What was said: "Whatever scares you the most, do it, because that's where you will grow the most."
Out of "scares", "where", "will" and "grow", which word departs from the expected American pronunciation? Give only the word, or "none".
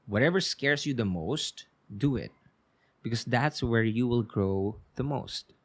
scares